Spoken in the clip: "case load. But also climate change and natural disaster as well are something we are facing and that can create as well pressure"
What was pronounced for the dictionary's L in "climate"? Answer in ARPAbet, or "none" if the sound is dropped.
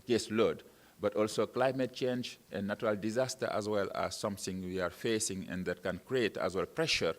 L